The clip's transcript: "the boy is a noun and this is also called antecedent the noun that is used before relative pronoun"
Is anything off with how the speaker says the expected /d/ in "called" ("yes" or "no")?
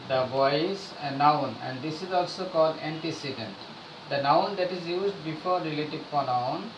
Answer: no